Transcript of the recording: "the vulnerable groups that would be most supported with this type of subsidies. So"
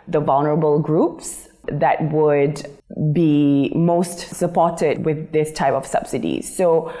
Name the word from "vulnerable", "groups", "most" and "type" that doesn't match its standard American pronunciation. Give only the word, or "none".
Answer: none